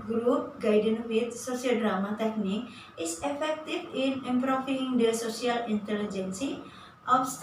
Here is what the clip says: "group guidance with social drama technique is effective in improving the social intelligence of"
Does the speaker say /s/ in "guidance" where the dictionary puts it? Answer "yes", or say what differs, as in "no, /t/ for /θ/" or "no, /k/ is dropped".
no, /s/ is dropped